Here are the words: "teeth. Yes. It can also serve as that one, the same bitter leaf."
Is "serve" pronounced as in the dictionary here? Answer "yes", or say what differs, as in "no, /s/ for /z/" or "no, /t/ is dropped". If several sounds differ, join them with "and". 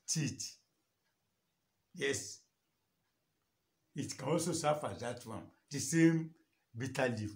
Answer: no, /f/ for /v/